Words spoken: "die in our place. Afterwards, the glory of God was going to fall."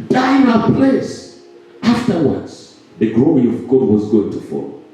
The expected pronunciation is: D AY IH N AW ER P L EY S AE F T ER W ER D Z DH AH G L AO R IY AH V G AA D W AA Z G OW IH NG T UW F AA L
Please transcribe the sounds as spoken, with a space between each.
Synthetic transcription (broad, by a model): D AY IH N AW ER P L EY S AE F T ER W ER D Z DH AH G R AO IY AH V G AA D W AA Z G OW IH NG T UW F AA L